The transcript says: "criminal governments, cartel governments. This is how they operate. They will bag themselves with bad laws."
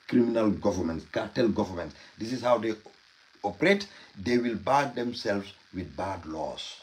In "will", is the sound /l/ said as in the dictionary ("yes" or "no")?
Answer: yes